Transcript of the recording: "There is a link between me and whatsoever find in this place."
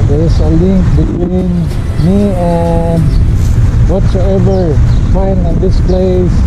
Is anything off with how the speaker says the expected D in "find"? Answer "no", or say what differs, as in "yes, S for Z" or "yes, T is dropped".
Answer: yes, D is dropped